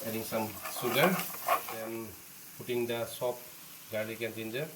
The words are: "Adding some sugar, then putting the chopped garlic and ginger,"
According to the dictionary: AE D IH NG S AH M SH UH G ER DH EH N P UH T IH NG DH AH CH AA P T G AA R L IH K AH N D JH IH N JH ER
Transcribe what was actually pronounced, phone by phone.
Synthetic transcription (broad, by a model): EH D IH NG S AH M S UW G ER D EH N P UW T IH NG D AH S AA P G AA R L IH K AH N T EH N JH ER